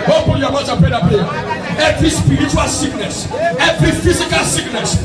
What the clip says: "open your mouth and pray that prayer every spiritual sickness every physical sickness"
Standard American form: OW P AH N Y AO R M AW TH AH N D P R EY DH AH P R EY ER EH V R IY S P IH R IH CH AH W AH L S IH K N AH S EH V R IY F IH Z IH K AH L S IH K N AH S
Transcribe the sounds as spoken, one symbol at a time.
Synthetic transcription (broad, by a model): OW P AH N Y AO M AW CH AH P EY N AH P EY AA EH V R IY S P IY R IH CH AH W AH L S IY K N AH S EH V R IY F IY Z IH K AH L S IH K N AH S